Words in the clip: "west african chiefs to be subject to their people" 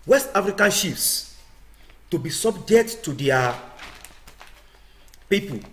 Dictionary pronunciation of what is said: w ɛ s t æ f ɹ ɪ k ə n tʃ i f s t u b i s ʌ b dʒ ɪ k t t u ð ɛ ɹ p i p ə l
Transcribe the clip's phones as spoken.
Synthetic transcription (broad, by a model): w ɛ s t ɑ f ɹ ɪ k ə n ʃ i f s t u b i s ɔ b dʒ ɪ k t t u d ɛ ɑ p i p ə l